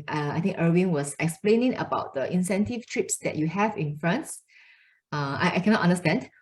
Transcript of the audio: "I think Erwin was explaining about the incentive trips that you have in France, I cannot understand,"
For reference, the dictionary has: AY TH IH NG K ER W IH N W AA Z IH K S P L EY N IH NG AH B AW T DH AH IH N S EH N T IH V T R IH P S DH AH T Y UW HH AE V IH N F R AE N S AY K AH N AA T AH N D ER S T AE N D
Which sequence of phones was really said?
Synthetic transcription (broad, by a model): AY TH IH NG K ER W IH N W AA S IH K S P L EY N IH NG AH B AW T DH AH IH N S EH N T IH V T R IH P S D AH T Y UW HH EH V IH N F R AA N S AY K AH N AA T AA N D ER S T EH N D